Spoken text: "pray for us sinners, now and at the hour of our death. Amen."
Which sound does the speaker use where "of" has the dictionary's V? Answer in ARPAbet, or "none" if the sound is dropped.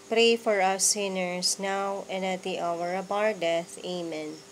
B